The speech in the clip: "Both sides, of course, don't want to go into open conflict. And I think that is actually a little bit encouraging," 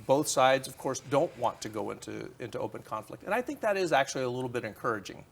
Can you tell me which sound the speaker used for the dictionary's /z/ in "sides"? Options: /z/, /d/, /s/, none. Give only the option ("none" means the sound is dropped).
/z/